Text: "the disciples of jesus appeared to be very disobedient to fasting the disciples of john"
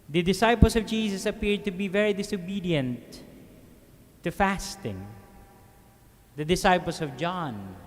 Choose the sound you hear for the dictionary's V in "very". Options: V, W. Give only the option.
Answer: V